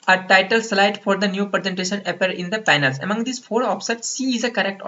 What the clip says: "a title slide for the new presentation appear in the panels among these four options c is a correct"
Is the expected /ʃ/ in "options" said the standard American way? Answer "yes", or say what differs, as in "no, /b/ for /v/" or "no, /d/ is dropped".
no, /s/ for /ʃ/